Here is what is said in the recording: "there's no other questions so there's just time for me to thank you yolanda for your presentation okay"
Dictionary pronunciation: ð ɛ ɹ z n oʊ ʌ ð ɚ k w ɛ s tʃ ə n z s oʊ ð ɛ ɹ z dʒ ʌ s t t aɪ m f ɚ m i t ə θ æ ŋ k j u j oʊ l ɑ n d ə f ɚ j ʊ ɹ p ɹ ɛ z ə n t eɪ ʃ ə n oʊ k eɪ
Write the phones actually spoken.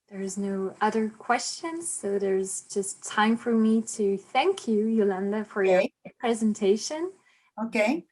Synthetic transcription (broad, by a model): ð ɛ ɹ z n oʊ ʌ ð ɚ k w ɛ s tʃ ə n z s oʊ ð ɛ ɹ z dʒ ʌ s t t aɪ m f ɚ m i t ə θ æ ŋ k j u j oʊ l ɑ n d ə f ɚ j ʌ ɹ p ɹ ɛ z ə n t eɪ ʃ ə n oʊ k eɪ